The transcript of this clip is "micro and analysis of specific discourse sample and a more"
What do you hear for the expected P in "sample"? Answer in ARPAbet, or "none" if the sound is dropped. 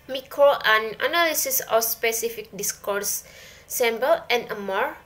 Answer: B